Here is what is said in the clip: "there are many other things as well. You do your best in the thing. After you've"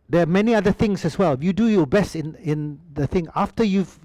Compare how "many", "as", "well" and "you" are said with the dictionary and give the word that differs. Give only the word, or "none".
as